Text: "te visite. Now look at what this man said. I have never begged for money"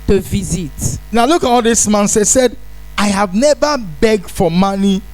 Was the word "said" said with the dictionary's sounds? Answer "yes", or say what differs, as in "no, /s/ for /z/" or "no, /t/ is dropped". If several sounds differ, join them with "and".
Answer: yes